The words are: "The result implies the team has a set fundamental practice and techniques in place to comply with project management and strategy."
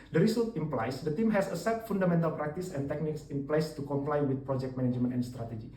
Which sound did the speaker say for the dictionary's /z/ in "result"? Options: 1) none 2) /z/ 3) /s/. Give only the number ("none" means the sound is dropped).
3